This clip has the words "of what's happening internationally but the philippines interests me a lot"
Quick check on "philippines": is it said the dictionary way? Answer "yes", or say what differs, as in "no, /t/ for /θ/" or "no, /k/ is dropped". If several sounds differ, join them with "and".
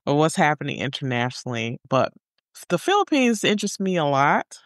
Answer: yes